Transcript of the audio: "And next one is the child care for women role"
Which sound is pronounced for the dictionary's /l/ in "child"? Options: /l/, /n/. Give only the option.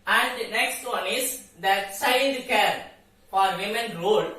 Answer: /n/